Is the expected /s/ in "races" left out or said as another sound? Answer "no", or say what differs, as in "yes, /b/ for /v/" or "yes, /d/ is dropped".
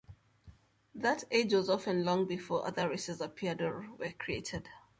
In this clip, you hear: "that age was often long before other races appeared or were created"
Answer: no